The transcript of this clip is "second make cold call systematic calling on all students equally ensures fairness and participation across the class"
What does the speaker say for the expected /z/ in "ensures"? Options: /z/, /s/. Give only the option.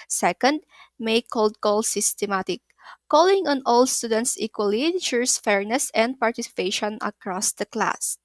/s/